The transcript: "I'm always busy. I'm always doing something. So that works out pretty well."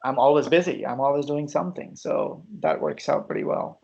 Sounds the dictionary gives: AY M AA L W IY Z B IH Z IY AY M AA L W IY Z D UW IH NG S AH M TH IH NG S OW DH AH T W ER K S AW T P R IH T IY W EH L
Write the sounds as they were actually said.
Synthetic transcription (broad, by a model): AY M AA L W IY Z B IH Z IY AY M AA L W IY Z D UW IH NG S AH M TH IH NG S OW DH AH T W ER K S AW T P R IH T IY W EH L